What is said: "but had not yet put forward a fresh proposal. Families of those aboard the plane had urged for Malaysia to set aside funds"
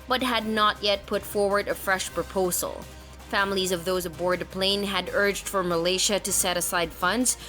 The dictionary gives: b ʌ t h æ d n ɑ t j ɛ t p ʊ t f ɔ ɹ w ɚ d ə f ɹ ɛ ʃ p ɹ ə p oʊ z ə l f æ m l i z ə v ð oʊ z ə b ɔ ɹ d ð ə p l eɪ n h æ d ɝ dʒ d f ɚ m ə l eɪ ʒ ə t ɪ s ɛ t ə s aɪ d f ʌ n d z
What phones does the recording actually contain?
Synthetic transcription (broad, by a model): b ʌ t h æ d n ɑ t j ɛ t p ʊ t f ɔ ɹ w ɚ d ə f ɹ ɛ ʃ p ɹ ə p oʊ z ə l f æ m l i z ə v ð oʊ z ə b ɔ ɹ d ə p l eɪ n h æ d ɝ dʒ d f ɚ m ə l eɪ ʃ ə t ɪ s ɛ t ə s aɪ d f ʌ n d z